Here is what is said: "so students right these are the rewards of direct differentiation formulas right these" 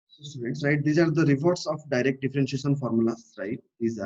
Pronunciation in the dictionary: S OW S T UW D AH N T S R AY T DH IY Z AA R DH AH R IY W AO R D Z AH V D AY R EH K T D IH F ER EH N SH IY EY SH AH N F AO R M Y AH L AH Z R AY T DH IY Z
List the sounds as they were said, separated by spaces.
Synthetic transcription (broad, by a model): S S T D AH T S R AY T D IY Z AA R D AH R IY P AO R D S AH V D AY R EH K T D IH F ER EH N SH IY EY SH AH N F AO R M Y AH L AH S R AY T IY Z